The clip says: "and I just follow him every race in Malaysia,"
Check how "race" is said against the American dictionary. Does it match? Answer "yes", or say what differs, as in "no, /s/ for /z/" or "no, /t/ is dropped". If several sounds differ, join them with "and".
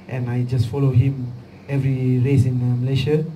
yes